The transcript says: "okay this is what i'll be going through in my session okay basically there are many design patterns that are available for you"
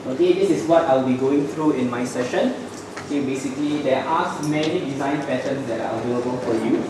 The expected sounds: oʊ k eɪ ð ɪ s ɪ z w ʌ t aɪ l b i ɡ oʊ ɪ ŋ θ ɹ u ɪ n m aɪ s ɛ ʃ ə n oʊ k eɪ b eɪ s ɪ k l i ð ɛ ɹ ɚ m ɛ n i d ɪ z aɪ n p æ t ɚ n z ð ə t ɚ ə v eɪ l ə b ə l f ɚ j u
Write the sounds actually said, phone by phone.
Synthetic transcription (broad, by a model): oʊ k eɪ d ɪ s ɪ s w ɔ t aɪ l b i ɡ oʊ ɪ ŋ t ɹ u ɪ n m aɪ s ɛ ʃ ə n oʊ k eɪ b eɪ s ɪ k l i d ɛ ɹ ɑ m ɛ n i d ɪ z aɪ n p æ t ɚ n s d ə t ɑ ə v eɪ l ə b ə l f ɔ j u